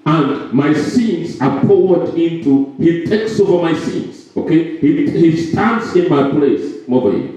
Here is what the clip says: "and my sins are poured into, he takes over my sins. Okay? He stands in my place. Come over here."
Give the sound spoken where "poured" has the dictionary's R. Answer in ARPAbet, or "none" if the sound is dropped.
W